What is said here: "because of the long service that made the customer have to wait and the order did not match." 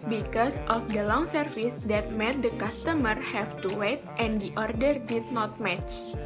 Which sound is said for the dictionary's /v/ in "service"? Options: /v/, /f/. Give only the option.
/f/